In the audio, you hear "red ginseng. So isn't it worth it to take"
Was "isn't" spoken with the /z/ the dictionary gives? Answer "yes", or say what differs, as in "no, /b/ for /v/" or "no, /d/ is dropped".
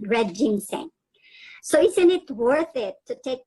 no, /s/ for /z/